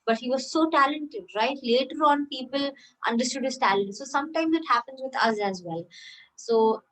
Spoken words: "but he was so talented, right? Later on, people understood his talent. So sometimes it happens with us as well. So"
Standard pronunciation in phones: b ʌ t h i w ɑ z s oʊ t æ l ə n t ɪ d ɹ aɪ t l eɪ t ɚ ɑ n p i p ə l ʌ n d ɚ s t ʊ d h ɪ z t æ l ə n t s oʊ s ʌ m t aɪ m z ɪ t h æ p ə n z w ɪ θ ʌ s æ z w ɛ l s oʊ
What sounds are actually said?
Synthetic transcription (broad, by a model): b ʌ t h i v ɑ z s oʊ t æ l ə n t ɪ d ɹ aɪ t l eɪ t ɚ ɑ n p i p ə l ʌ n d ɚ s t ʊ d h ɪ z t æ l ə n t s oʊ s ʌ m t aɪ m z ɪ t h æ p ə n z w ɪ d ʌ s æ z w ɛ l s oʊ